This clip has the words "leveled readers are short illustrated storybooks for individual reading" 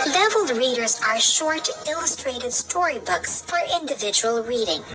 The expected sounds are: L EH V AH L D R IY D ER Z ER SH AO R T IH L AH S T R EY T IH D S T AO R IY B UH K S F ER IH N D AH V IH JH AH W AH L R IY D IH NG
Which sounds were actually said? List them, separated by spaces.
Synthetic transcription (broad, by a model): L EH V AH L D R IY D ER Z ER SH AO R T IH L AH S T R EY T IH D S T AO R IY B UH K S F ER IH N D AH V IH JH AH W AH L R IY D IH NG